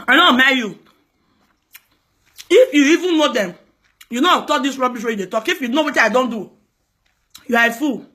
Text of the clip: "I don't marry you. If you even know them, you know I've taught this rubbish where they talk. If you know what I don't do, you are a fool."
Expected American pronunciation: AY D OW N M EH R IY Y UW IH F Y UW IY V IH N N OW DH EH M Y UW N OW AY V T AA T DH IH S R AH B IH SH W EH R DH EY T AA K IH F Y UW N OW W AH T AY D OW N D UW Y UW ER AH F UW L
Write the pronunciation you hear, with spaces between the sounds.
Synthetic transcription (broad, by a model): AY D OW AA M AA IY Y UW IH F Y UW IY V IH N N OW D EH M Y UW N OW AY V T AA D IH S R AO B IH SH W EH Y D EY T AA K IH F Y UW N OW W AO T AY D OW N D UW Y UW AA AH F UW